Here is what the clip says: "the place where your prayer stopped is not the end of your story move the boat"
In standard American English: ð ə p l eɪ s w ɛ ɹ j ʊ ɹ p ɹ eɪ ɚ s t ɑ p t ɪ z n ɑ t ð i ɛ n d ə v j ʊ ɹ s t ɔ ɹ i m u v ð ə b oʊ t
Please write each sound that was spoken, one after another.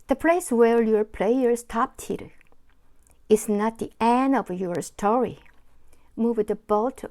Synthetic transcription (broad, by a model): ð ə p l eɪ s w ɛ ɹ j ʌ ɹ p l eɪ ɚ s t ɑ p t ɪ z n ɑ t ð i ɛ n ə v j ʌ ɹ s t ɔ ɹ i m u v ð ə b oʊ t